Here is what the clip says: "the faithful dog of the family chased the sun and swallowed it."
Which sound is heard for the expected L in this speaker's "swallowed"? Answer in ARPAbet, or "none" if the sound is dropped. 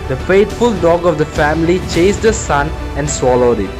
L